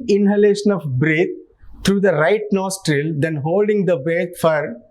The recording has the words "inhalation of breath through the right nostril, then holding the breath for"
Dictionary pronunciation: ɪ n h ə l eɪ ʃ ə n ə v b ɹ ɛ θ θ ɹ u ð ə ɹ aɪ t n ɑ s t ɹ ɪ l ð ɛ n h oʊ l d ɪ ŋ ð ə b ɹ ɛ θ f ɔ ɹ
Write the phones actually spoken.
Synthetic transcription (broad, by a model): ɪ n h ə l eɪ ʃ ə n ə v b ɹ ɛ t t ɹ u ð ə ɹ aɪ t n ɑ s t ɹ ɪ l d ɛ n h oʊ l d ɪ ŋ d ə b ɛ t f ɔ ɹ